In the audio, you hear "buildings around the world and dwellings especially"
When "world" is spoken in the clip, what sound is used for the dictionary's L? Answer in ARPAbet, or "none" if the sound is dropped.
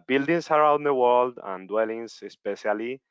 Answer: L